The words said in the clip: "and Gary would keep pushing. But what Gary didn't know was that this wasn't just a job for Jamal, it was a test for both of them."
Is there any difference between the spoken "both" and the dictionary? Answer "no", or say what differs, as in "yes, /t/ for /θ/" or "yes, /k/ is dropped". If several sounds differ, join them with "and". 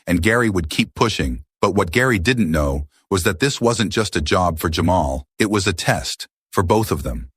no